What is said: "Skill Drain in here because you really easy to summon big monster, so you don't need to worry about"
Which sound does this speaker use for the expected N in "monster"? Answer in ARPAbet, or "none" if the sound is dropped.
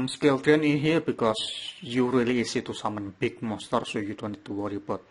none